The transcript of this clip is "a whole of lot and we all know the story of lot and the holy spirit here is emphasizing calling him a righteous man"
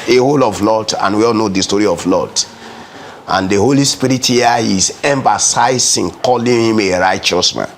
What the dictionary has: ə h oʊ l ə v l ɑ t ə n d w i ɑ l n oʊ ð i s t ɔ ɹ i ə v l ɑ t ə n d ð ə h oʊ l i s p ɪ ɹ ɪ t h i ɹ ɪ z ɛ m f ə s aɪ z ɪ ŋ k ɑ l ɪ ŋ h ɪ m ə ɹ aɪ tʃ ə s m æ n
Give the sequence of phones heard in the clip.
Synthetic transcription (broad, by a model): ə h oʊ l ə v l ɑ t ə n w i ɑ l n oʊ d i s t ɔ ɹ i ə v l ɑ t ə n d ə h oʊ l i s p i ɹ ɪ t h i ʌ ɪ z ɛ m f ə s aɪ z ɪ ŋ k ɑ l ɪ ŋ h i m ə ɹ aɪ tʃ ə s m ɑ n